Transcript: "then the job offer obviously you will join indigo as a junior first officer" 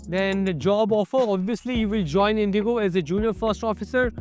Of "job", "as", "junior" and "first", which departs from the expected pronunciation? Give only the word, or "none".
none